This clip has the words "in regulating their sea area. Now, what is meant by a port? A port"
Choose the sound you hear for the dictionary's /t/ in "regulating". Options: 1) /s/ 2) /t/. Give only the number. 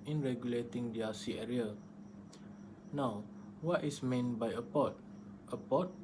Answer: 2